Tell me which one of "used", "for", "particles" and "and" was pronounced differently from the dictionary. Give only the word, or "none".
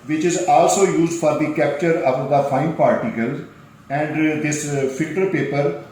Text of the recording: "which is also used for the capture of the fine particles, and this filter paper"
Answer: none